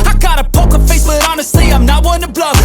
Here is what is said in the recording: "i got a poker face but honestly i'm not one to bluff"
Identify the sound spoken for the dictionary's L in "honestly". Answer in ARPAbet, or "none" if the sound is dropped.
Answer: none